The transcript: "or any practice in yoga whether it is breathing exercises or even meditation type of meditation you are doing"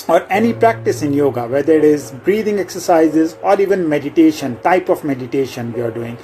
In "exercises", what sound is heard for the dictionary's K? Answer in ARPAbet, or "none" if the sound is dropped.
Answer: K